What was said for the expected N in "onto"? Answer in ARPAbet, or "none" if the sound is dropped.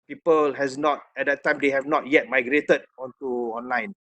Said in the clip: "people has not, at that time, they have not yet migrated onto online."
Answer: N